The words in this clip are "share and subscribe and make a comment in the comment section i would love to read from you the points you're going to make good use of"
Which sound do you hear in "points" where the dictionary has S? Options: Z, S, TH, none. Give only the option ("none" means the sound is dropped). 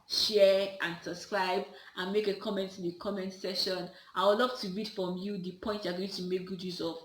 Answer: none